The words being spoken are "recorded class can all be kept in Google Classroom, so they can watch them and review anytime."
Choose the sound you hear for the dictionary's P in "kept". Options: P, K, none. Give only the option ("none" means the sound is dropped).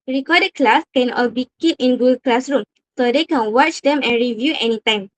none